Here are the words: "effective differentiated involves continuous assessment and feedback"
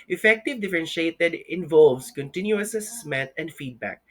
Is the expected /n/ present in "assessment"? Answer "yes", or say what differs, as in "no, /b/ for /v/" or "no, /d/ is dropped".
no, /n/ is dropped